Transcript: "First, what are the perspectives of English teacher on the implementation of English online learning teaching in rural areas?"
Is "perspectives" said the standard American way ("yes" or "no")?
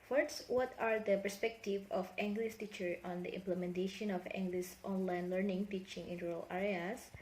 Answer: no